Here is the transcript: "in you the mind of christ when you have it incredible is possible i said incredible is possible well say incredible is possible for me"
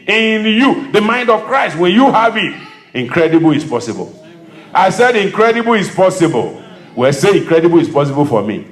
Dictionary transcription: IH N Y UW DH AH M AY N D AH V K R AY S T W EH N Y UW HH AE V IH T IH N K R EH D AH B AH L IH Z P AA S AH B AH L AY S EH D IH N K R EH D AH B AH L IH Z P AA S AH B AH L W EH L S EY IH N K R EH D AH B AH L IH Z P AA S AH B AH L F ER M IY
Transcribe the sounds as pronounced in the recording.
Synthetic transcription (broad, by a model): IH N Y UW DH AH M AY N D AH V K R AY S T W EH N Y UW HH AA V IH T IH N K R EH D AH B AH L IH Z P AA S AH B AH L AY S EH D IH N K R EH D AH B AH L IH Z P AA S AH B AH L W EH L S EY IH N K R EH D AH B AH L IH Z P AA S AH B AH L F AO M IY